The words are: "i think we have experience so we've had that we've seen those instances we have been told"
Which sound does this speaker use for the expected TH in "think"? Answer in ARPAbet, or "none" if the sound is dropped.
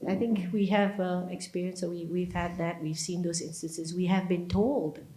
TH